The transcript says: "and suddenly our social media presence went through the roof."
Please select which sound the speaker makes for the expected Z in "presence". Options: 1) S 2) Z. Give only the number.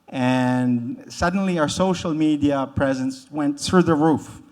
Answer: 2